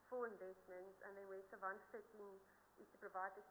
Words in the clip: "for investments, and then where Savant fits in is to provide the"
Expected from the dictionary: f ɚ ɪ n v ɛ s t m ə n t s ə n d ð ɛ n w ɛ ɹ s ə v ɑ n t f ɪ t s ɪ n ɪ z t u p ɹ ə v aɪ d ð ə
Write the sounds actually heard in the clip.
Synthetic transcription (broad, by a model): f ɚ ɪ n v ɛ s t m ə n t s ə n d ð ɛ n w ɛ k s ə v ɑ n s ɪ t ɪ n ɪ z t u p ɹ ə v aɪ d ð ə